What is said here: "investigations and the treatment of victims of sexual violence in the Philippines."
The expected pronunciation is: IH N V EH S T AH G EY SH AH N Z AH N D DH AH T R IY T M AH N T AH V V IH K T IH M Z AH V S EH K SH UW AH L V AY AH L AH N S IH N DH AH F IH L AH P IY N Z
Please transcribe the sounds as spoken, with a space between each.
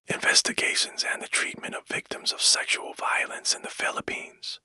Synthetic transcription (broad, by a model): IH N V EH S T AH G EY SH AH N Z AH N DH AH T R IY T M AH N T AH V V IH K T IH M Z AH V S EH K SH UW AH L V AY AH L AH N S IH N DH AH F IH L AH P IY N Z